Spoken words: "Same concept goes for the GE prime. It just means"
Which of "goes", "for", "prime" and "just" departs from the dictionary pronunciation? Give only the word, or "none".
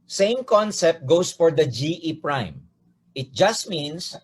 goes